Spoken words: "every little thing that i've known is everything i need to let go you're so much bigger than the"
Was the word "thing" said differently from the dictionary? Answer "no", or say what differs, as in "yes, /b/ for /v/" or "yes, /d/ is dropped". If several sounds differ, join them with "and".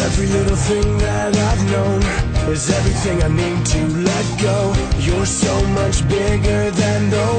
no